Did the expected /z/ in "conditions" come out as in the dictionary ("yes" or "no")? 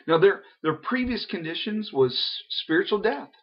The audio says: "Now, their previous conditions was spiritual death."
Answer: yes